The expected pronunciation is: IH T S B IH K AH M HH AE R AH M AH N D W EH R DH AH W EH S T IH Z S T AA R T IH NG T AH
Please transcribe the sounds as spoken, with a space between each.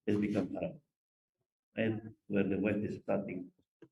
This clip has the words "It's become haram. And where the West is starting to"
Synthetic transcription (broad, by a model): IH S B IH K AH M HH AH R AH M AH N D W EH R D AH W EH T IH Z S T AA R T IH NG